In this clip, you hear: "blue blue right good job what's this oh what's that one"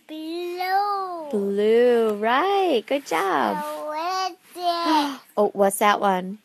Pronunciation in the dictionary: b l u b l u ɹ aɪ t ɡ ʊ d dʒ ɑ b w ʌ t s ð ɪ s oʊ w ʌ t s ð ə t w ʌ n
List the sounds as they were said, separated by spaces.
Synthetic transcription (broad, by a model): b l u b l u ɹ aɪ t ɡ ʊ d dʒ ɑ b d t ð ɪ oʊ w ʌ t s ð ə t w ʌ n